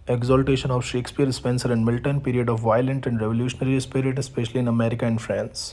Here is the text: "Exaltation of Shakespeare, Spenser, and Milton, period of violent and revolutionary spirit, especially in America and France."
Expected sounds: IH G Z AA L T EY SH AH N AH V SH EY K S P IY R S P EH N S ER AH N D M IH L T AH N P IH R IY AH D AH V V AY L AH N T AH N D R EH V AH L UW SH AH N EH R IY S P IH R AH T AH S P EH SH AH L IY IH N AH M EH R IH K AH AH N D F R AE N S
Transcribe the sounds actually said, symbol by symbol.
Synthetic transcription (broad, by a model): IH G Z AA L T EY SH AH N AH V SH EY K S P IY R S P EH N S ER AH N D M IH L T AH N P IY R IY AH D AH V V AY L AH N T AH N D R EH V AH L UW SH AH N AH R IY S P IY R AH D AH S P EH SH AH L IY IH N AH M EH R IH K AH AH N D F R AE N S